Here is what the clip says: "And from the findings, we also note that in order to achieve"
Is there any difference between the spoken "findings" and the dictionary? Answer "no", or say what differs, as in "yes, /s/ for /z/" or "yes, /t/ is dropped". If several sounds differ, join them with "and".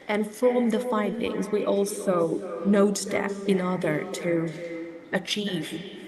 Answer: no